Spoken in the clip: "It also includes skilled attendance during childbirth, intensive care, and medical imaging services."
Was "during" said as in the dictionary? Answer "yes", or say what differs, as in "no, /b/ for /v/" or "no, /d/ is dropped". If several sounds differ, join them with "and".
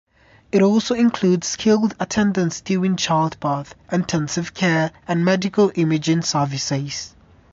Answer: no, /ɹ/ is dropped